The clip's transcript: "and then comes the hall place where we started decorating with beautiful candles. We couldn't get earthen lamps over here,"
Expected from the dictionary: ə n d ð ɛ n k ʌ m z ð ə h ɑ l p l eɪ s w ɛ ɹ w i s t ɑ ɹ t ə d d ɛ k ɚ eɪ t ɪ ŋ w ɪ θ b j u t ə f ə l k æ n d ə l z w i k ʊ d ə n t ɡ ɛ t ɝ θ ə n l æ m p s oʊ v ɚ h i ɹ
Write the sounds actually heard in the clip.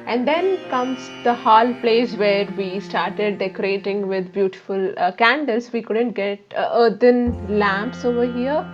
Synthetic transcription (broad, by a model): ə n d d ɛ n k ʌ m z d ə h ɑ l p l eɪ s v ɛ ɹ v i s t ɑ ɹ t ə d d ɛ k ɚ eɪ t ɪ ŋ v ɪ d b j u t ə f ə l k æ n d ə l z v i k ʊ d ə n t ɡ ɛ t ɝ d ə n l æ m p s oʊ v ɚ h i ɹ